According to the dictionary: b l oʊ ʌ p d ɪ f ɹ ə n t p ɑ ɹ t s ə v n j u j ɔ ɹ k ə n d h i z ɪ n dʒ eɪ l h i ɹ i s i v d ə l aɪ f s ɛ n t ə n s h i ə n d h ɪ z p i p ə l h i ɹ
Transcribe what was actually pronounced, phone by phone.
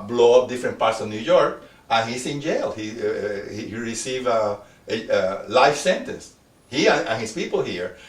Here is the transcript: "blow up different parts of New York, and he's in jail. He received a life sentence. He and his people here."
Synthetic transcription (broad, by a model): b l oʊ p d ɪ f ɹ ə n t p ɑ ɹ t s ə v n j u j ɔ ɹ k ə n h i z ɪ n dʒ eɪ l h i ɹ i s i v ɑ ə l aɪ f s ɛ n t ə n s h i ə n h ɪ s p i p ə l h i ɹ